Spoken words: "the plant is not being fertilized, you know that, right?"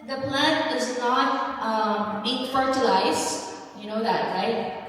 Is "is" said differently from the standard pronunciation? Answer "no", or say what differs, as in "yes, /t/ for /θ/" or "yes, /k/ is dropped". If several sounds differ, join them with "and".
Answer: no